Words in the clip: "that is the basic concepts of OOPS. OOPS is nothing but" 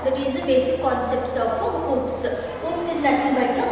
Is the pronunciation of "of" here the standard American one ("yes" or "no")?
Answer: no